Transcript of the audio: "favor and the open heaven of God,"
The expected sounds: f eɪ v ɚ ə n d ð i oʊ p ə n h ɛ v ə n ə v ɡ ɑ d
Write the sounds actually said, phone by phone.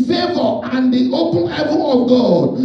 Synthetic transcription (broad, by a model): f eɪ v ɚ ə n d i oʊ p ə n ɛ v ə ə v ɡ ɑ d